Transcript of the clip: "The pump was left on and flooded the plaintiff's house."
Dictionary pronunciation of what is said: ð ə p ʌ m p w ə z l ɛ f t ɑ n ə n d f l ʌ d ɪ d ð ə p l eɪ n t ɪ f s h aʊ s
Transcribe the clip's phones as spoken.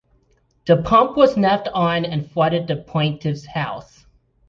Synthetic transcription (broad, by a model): ð ə p ʌ m p w ə z n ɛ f t n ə n f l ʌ d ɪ d ð ə p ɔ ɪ n t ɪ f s h aʊ s